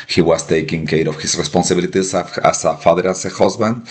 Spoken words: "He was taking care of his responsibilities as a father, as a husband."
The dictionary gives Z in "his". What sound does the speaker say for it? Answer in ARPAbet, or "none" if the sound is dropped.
S